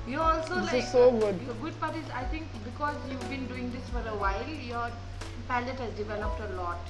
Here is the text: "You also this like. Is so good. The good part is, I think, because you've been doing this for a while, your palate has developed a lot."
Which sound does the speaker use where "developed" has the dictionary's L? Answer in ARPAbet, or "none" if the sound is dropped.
N